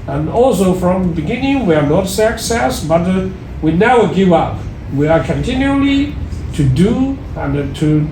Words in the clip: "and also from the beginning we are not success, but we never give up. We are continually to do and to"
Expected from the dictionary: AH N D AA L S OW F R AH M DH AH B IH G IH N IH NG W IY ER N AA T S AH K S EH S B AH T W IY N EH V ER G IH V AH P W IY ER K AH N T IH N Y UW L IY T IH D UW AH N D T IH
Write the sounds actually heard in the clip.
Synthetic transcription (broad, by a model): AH N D AA L S OW F R AH M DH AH B IH G IH N IH NG W IY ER N AA T S AH K S EH S B AH T W IY N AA UH G IH V AH P W IY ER K AH N T IH N Y UW L IY T IH D UW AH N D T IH